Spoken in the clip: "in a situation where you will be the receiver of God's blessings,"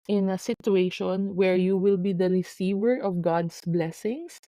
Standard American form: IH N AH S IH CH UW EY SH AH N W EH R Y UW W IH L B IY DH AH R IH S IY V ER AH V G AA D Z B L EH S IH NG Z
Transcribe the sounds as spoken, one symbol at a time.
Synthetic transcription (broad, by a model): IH N AH S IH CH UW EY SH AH N W EH R Y UW W IH L B IY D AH R IH S IY V ER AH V G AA D S B L EH S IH NG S